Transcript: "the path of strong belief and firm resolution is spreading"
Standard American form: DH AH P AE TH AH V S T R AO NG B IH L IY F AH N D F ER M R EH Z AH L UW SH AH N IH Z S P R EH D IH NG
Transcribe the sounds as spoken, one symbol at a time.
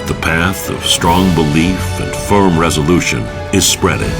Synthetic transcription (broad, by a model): DH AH P AE TH AH V S T R AO NG B IH L IY F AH N F ER M R EH Z AH L UW SH AH N IH Z S P R EH D IH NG